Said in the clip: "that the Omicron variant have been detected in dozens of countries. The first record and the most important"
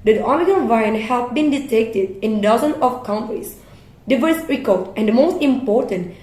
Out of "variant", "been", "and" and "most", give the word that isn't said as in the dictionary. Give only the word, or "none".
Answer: variant